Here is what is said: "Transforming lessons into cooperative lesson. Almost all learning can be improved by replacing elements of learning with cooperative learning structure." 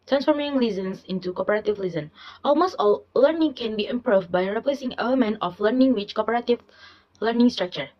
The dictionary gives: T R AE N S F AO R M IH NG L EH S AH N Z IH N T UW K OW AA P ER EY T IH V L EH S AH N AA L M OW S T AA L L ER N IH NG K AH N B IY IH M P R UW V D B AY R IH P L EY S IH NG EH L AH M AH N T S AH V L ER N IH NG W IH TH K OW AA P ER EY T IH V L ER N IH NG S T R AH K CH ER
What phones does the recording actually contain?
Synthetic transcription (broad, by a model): T R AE N S F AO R M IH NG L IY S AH N S IH N T UW K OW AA P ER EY T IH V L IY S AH N AA L M OW S T AA L L ER N IH NG K AH N B IY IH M P R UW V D B AY R IH P L EY S IH NG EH L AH M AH N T AH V L ER N IH NG W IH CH K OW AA P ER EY T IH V L ER N IH NG S T R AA K CH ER